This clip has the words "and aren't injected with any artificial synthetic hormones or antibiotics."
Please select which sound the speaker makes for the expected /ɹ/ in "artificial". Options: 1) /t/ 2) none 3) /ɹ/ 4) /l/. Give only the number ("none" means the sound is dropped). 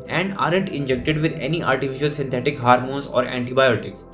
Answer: 4